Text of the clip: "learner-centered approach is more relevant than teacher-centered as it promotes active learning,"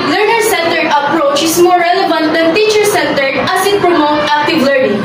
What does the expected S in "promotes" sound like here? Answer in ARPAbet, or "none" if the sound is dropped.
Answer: none